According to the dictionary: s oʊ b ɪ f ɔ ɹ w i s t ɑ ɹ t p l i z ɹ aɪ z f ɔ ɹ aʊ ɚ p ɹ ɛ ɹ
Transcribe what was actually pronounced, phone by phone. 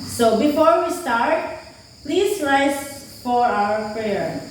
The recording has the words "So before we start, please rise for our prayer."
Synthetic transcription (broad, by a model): s oʊ b ɪ f ɔ ɹ w i s t ɑ ɹ t p l i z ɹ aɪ s f ɔ ɹ aʊ ɚ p ɹ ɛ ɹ